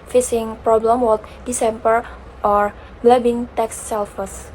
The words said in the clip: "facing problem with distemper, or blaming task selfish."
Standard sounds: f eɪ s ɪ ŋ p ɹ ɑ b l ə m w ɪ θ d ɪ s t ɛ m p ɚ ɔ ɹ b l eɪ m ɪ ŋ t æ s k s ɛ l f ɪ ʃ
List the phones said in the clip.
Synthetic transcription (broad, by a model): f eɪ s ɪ ŋ p ɹ ɑ b l ə m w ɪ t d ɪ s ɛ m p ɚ ɔ ɹ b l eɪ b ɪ ŋ t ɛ k s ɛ l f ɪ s